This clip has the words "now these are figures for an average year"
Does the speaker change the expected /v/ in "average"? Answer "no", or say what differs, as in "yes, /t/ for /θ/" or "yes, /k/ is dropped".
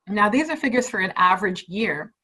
no